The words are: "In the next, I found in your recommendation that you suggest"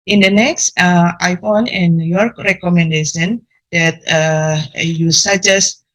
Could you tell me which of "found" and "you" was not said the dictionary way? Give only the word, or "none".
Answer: found